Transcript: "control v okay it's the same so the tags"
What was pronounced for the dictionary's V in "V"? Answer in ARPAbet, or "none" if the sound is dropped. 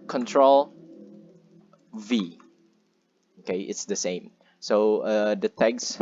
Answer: V